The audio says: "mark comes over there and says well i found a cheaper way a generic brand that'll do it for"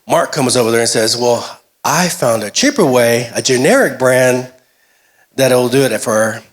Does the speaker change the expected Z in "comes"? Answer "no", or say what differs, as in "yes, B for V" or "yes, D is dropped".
no